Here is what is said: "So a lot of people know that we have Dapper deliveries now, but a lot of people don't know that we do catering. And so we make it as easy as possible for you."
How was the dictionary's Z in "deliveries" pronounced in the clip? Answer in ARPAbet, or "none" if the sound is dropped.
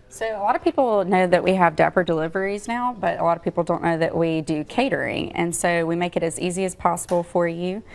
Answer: Z